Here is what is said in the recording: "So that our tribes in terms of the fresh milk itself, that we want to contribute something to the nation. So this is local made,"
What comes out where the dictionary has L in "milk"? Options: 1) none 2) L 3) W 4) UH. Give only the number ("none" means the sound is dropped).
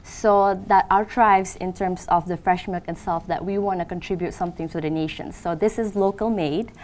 1